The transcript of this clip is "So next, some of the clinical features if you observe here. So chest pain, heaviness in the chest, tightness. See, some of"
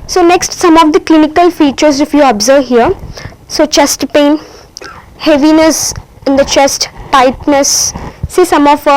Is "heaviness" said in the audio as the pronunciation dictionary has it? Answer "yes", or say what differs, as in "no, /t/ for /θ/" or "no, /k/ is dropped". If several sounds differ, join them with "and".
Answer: yes